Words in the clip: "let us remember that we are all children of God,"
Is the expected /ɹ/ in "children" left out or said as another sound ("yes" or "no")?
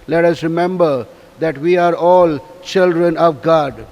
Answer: no